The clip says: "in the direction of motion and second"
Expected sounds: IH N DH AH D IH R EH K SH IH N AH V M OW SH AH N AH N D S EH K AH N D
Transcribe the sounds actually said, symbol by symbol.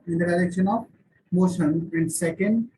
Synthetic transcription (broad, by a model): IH N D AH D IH L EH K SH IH N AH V M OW S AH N AH N D S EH K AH N D